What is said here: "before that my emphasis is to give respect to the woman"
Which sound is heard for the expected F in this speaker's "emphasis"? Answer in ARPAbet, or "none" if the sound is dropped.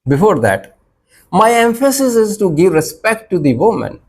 F